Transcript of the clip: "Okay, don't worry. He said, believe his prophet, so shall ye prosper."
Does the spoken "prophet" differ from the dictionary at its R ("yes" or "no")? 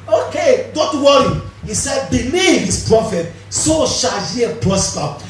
no